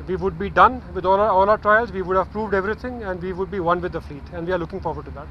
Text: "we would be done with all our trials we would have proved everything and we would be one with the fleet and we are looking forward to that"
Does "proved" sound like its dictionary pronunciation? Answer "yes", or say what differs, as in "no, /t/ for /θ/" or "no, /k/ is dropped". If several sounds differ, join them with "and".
yes